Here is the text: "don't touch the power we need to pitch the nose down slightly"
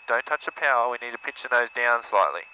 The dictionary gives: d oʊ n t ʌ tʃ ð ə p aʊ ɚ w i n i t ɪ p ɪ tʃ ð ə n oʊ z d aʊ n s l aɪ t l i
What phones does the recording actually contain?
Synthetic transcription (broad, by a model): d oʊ n t ʌ tʃ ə p aʊ ɚ w i n i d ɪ p ɪ tʃ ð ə n oʊ z d aʊ n s l aɪ t l i